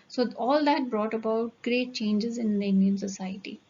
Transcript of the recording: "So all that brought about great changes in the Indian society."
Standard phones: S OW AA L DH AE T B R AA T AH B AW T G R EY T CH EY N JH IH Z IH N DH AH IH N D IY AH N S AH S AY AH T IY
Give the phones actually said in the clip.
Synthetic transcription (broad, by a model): S OW AA L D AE T B R AA T AH B AW T G R EY T CH EY N JH IH Z IH N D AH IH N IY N S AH S AY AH T IY